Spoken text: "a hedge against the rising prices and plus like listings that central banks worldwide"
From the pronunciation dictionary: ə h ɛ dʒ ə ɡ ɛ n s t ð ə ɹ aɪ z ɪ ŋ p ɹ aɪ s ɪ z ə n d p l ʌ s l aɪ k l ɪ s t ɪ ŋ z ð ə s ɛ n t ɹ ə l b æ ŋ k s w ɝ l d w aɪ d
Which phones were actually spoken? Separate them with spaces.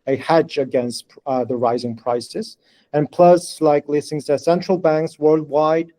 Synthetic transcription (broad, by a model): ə h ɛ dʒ ə ɡ ɛ n s t ð ə ɹ aɪ z ɪ ŋ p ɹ aɪ s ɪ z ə n p l ʌ s l aɪ k l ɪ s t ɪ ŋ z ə s ɛ n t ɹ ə l b æ ŋ k s w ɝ l d w aɪ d